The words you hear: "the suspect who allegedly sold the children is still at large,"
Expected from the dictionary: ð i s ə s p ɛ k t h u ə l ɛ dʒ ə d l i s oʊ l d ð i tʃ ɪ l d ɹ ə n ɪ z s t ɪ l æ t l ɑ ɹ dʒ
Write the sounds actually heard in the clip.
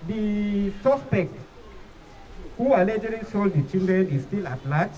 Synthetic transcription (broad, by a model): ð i s ə s p ɛ k t h u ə l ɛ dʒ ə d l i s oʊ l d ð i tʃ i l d ɹ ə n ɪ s t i l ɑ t l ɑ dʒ